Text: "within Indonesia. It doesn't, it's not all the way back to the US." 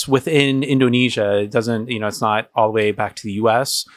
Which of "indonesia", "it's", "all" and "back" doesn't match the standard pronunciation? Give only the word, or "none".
none